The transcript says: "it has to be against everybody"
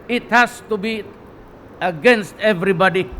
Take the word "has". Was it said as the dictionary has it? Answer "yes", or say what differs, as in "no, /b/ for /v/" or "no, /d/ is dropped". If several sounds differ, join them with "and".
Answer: no, /s/ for /z/